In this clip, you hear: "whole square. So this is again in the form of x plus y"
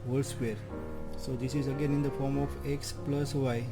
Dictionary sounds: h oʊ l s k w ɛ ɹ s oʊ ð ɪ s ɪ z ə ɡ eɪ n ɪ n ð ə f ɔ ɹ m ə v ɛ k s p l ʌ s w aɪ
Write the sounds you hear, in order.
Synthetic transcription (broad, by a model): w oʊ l s k w ɛ ɹ s oʊ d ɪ s ɪ z ə ɡ eɪ n ɪ n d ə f ɔ ɹ m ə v ɛ k s p l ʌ s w aɪ